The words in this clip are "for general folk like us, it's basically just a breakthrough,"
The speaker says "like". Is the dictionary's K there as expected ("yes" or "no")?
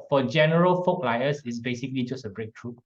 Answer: no